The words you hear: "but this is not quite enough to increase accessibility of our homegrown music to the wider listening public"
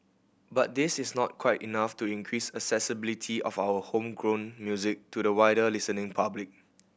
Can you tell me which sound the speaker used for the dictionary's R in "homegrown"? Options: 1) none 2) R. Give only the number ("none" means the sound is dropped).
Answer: 2